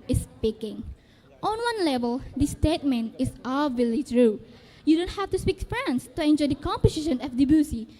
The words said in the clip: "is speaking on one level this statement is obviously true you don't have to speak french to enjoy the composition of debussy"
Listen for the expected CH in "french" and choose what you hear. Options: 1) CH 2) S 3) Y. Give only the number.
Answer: 2